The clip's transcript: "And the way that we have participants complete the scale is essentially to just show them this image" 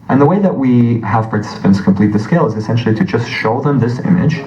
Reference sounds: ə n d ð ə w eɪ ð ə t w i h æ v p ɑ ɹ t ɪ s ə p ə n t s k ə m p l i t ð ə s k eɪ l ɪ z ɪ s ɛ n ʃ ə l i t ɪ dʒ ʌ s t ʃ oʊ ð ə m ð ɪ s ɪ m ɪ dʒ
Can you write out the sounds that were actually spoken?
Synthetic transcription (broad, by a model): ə n ð ə w eɪ ð ə t w i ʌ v p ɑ ɹ t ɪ s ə p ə n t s k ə m p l i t ð ə s k eɪ l ɪ z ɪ s ɛ n ʃ l i t ɪ dʒ ʌ s t ʃ oʊ ð ə m ð ɪ s ɪ m ɪ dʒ